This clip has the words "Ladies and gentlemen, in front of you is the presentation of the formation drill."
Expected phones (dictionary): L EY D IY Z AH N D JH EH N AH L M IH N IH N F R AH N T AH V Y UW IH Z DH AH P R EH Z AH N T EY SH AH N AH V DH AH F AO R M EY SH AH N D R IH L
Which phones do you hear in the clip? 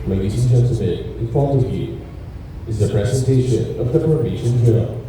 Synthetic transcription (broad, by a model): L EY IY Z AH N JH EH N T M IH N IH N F AH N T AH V Y UW IH Z DH AH P R EH Z AH N T EY SH AH N AH V DH AH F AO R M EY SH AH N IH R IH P